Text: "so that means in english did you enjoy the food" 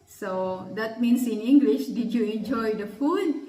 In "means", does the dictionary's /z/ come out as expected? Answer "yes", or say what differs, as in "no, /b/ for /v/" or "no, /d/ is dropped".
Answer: no, /s/ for /z/